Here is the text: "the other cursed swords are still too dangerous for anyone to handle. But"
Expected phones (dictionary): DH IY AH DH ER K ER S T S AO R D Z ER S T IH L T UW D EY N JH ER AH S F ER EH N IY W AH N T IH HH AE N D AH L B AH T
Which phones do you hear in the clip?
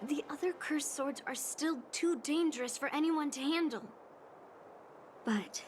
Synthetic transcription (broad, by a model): DH IY AH DH ER K ER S S AO R D Z ER S T IH L T UW D EY N JH ER AH S F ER EH N IY W AH N T IH HH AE N D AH L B AH T